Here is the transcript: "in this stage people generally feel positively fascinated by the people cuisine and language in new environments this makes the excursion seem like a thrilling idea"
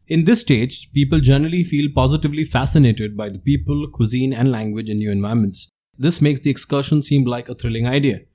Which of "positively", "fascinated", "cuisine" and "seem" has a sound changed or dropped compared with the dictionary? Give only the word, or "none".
none